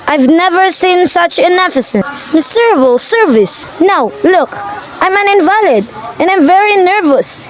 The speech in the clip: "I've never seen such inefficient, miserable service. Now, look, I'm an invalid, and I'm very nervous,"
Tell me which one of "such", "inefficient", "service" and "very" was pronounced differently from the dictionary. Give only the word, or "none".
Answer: inefficient